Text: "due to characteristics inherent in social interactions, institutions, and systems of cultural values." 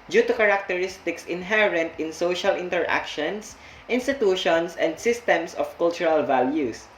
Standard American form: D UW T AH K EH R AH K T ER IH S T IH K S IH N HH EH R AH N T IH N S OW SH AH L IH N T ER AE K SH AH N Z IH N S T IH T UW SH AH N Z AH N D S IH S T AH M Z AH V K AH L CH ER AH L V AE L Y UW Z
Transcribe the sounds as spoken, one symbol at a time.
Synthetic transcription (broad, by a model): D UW T AH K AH R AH K T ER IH S T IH K S IH N HH EH R AH N T IH N S OW SH AH L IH N T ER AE K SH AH N S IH N S T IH T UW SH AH N S AH N D S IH S T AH M S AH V K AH L CH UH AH L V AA L Y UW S